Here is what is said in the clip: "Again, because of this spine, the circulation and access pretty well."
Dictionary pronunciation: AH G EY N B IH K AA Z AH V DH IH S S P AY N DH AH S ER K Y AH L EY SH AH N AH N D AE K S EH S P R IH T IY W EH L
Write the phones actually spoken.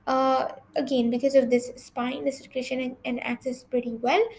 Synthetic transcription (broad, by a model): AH G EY N B IH K AA Z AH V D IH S S P AY N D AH S ER K Y AH L EY SH AH N AH N D AE K S EH S P R IH T IY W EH L